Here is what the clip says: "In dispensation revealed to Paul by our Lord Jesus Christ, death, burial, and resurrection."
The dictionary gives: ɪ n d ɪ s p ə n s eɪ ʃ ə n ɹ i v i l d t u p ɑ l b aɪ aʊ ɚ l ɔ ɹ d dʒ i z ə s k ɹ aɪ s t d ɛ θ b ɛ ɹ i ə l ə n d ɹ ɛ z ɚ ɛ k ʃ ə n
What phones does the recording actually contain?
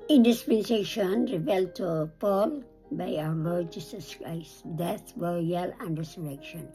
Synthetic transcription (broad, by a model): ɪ n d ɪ s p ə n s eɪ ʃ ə n ɹ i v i l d t u p ɑ l b aɪ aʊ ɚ l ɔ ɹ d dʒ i s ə s k ɹ aɪ s t d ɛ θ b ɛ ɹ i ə l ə n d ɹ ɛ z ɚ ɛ k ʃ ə n